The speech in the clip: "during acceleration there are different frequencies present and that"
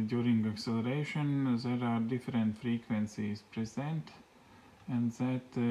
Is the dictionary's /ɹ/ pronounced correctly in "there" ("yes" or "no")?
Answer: yes